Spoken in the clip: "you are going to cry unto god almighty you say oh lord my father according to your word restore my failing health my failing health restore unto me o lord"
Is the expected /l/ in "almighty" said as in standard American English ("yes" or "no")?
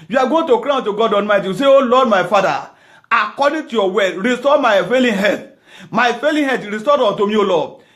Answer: no